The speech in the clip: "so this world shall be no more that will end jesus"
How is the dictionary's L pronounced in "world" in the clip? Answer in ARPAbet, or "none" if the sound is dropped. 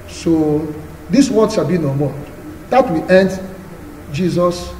none